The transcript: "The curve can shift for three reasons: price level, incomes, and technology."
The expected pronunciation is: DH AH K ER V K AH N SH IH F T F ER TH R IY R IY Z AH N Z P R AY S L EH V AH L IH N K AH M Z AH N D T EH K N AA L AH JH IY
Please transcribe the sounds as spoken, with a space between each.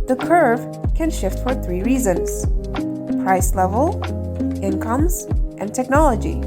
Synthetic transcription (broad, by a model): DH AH K ER V K AH N SH IH F T F ER TH R IY R IY Z AH N Z P R AY S L EH V AH L IH N K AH M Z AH N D T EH K N AA L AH JH IY